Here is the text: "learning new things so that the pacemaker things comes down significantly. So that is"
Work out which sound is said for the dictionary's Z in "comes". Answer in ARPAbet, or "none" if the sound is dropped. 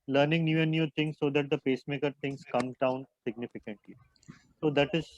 none